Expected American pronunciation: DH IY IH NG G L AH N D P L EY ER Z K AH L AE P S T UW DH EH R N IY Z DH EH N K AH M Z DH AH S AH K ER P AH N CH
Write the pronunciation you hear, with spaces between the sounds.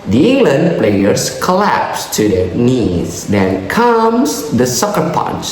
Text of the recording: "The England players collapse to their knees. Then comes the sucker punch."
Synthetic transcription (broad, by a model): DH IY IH NG G L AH N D P L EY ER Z K AH L AE P S T UW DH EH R N IY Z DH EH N K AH M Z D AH S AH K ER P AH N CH